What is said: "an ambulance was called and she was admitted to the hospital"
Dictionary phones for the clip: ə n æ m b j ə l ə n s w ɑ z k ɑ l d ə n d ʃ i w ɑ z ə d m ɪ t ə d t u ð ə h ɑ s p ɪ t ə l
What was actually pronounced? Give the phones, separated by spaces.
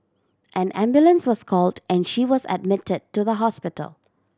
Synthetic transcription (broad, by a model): ə n æ m b j ə l ə n s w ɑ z k ɑ l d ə n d ʃ i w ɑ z ə d m ɪ t ə d t u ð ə h ɑ s p ɪ t ə l